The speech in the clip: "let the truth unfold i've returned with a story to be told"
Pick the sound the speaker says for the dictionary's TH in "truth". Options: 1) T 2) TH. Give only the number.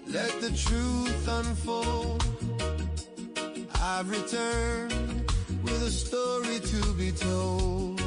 2